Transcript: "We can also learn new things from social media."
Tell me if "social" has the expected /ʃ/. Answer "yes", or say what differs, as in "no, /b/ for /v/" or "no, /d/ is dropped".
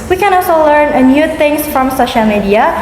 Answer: yes